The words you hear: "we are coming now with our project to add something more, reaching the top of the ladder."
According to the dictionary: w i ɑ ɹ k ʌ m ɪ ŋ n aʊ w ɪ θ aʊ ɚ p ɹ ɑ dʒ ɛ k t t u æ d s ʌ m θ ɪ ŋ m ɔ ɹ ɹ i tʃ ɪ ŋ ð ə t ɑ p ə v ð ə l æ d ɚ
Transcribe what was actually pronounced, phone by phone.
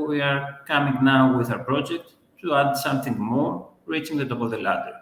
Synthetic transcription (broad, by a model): w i ɑ ɹ k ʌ m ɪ ŋ n aʊ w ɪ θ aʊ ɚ p ɹ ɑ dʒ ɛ k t t u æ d s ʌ m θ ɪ ŋ m ɔ ɹ ɹ i tʃ ɪ ŋ ð ə t ɑ p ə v ð ə l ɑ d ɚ